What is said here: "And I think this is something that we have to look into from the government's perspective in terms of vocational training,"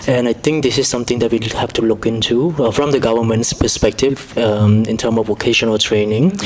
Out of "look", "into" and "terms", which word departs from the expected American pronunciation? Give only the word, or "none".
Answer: terms